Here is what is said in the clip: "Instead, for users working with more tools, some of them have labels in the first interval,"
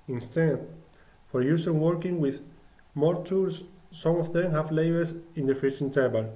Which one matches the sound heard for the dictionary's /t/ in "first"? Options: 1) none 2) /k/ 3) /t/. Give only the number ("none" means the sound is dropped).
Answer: 1